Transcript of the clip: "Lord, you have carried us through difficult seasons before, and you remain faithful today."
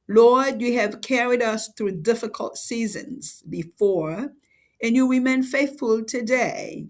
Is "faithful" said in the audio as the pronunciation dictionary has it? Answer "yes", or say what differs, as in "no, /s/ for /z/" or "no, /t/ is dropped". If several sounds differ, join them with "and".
yes